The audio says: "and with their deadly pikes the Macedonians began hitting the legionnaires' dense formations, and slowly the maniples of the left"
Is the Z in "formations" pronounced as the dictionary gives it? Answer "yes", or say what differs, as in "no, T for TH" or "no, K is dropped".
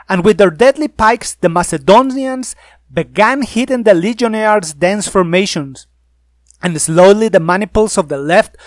no, S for Z